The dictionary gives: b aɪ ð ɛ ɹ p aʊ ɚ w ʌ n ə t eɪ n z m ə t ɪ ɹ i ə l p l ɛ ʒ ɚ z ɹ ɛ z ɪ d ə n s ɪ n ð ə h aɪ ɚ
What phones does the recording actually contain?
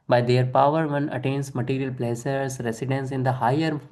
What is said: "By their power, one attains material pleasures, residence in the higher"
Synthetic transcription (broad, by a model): b aɪ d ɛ ɹ p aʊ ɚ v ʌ n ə t eɪ n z m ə t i ɹ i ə l p l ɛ s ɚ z ɹ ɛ s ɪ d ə n s ɪ n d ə h aɪ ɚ